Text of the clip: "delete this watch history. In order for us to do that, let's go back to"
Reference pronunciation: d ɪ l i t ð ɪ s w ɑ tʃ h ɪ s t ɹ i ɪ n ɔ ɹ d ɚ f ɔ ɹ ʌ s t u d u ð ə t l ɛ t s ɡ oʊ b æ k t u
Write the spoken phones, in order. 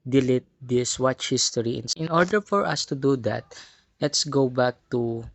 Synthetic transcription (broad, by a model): d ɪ l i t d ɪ s w ɑ tʃ h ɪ s t ɹ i ɪ n ɔ ɹ d ɚ f ɔ ɹ ʌ s t u d u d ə t l ɛ t s ɡ oʊ b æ k t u